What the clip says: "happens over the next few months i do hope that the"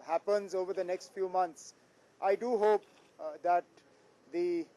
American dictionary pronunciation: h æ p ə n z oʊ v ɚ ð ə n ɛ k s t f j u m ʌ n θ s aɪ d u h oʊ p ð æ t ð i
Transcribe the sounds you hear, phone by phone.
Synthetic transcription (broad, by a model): h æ p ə n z oʊ v ɚ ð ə n ɛ k s t f j u m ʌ n t s aɪ d u h oʊ p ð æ t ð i